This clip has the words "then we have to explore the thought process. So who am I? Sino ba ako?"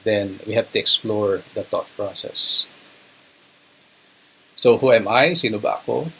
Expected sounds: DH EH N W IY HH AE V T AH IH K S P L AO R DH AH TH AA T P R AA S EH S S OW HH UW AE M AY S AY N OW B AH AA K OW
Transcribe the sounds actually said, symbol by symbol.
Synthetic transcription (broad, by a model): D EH N W IY HH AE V T AH IH K S P L AO R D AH T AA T P R AA S EH S S OW HH UW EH M AY S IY N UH B AH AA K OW